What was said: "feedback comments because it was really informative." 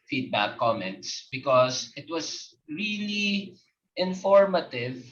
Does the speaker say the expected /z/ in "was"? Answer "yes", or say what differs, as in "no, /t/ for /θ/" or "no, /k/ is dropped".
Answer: no, /s/ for /z/